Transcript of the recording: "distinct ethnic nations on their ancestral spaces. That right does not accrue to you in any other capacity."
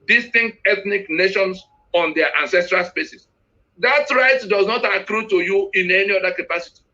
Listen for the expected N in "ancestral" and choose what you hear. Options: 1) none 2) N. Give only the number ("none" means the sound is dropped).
2